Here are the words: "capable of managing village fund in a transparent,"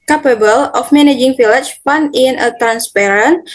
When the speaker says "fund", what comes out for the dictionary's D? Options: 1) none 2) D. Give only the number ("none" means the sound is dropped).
1